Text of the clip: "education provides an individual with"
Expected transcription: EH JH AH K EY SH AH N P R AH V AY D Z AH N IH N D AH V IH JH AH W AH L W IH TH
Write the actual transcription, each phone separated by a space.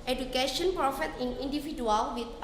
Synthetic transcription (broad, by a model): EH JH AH K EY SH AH N P R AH F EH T AH N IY N D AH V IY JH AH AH L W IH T